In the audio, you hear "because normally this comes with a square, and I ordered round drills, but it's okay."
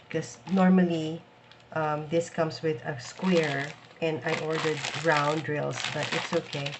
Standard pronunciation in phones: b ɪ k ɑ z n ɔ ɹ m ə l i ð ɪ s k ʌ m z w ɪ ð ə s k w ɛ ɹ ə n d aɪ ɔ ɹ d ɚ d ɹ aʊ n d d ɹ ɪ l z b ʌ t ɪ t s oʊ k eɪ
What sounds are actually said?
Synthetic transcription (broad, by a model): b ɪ k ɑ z n ɔ ɹ m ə l i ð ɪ s k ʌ m s w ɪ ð ə s k w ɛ ɹ ə n d aɪ ɔ ɹ d ɚ d ɹ aʊ n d d ɹ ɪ l s b ʌ t ɪ t s oʊ k eɪ